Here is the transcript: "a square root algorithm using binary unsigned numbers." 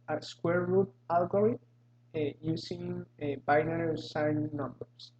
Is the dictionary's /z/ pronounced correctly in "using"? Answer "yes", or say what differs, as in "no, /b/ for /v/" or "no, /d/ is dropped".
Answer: no, /s/ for /z/